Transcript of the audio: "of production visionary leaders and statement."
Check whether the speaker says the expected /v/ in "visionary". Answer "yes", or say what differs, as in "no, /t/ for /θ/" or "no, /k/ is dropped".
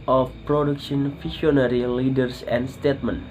no, /f/ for /v/